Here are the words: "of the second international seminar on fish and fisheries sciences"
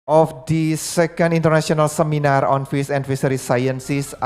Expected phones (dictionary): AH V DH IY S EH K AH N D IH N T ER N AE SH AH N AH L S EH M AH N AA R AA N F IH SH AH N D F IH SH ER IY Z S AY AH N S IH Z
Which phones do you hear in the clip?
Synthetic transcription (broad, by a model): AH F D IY S EH K AH N D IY N T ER N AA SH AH N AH L S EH M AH N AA R AA N F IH S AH N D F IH S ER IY S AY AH N S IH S